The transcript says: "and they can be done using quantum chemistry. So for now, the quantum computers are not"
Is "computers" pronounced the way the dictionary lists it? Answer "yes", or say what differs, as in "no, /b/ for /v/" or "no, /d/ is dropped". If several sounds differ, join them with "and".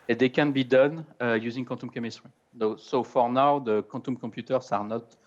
no, /m/ is dropped